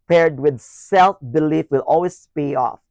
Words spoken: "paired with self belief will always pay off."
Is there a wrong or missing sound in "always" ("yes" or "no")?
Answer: yes